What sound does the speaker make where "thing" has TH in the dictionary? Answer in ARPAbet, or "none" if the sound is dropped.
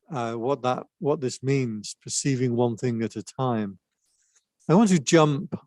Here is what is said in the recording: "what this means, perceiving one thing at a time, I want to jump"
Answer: TH